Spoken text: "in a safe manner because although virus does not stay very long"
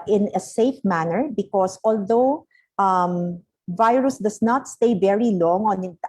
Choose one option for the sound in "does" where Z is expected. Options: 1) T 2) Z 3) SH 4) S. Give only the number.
4